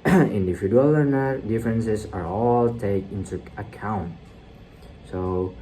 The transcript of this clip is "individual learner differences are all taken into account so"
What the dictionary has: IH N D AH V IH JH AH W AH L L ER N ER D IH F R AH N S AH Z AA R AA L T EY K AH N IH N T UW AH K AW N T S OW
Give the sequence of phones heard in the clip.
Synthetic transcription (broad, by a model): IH N D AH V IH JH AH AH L L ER N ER D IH F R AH N S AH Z AA R AA L T EY AH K IH N T UW AH K AW N T S OW